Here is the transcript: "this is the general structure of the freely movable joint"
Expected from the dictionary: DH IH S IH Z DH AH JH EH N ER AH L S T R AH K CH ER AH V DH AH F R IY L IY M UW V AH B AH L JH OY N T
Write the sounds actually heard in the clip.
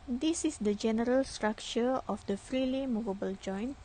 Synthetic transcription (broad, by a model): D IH S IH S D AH JH EH N ER AH L S T R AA K CH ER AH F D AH F R IY L IY M UW V AH B AH L JH OY N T